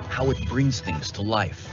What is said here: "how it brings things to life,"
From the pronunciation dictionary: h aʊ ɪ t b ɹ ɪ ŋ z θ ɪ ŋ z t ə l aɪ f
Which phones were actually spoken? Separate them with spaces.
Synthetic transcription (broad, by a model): h aʊ ɪ t b ɹ ɪ ŋ z θ ɪ ŋ z t ə l aɪ f